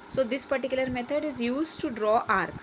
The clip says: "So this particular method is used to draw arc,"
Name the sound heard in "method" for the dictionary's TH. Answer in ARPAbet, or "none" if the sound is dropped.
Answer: T